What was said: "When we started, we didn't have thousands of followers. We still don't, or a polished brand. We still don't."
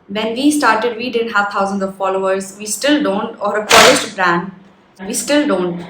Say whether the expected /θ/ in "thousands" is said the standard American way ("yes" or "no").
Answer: no